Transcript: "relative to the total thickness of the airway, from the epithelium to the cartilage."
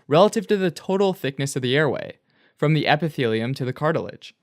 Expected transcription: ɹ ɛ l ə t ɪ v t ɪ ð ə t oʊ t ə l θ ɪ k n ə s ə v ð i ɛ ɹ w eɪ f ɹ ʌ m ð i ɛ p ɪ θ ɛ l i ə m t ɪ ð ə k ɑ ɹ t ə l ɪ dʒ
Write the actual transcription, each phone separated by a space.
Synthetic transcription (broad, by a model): ɹ ɛ l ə t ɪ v t ɪ ð ə t oʊ t l θ ɪ k n ə s ə v ð i ɛ ɹ w eɪ f ɹ ʌ m ð i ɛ p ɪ θ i l i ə m t ɪ ð ə k ɑ ɹ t l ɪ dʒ